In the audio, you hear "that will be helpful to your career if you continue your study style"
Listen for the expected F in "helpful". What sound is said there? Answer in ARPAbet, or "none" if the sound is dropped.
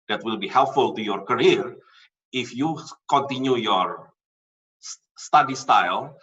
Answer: F